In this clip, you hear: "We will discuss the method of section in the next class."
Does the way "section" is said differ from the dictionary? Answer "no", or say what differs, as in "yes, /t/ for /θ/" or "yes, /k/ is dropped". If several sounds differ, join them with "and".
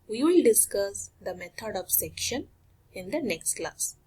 no